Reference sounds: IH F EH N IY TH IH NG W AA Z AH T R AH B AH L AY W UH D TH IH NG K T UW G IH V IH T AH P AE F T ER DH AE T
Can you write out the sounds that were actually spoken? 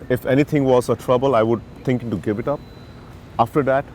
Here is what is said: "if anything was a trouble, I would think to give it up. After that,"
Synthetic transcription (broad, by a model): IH F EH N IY T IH NG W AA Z AH T R AH B AH L AY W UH D T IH NG K T UW G IH V IH T AH P AE F T ER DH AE T